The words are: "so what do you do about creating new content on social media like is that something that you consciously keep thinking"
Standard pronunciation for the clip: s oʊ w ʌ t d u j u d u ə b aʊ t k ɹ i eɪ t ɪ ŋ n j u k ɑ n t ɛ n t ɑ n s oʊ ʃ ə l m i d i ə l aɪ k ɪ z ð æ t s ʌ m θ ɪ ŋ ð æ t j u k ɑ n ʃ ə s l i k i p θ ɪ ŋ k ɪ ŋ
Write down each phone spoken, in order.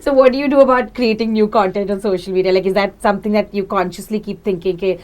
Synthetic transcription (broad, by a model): s oʊ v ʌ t d u j u d u ə b aʊ t k ɹ i eɪ t ɪ ŋ n j u k ɑ n t ɛ n t ɑ n s oʊ ʃ ə l m i d i ə l aɪ k ɪ z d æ t s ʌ m t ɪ ŋ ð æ t j u k ɑ n ʃ ə s l i k i p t ɪ ŋ k ɪ ŋ